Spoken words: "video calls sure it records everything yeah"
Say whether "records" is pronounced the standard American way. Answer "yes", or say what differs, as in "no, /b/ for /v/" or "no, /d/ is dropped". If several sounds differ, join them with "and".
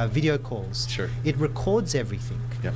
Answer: yes